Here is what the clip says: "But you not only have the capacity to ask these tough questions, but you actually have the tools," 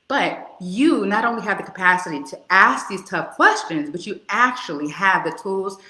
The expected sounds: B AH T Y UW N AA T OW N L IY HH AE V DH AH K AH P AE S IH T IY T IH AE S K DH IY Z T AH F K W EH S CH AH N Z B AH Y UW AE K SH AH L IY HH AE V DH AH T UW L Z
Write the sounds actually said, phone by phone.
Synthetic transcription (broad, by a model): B AH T Y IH N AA T OW N L IY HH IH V DH AH K AH P AE S IH T IY T IH AE S K DH IY Z T AH F K W EH S CH AH N Z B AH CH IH AE K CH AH L IY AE V DH AH T UW L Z